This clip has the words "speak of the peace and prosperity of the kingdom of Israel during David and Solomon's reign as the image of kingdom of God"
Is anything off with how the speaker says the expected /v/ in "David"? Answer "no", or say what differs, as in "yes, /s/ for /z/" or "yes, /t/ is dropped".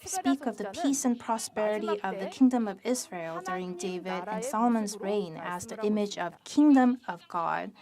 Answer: no